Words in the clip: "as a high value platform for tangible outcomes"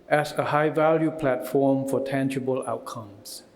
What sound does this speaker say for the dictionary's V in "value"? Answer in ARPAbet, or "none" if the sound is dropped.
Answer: V